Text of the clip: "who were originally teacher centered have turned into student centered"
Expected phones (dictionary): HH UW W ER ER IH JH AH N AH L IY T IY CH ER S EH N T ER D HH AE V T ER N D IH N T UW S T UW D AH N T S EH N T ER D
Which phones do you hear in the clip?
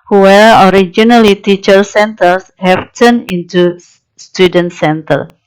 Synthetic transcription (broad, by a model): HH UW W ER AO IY JH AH N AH L IY T IY CH ER S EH N T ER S HH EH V T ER N IH N T UW S T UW D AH N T S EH N T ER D